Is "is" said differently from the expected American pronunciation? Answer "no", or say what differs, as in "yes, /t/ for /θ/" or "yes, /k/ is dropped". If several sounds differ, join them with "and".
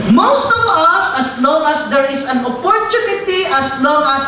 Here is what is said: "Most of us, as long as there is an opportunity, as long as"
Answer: yes, /s/ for /z/